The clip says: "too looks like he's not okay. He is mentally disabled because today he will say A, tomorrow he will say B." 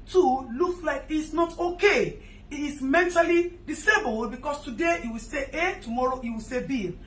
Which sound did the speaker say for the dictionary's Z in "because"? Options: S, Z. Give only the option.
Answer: S